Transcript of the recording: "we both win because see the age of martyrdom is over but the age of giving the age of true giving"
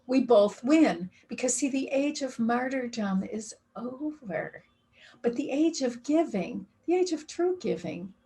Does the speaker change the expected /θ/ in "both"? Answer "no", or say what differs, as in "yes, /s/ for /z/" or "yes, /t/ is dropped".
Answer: no